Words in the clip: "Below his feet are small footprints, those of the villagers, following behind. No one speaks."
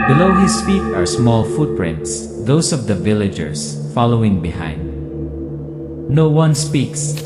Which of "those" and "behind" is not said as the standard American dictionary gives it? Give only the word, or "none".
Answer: those